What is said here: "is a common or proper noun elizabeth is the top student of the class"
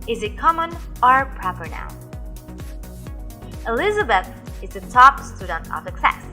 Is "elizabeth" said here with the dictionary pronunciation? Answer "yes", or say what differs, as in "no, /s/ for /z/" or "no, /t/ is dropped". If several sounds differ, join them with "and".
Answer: yes